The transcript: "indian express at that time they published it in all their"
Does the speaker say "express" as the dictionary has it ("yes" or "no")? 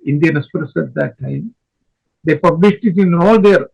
no